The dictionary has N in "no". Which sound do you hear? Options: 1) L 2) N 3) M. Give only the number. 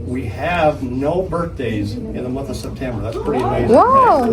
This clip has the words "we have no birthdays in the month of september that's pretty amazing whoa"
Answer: 2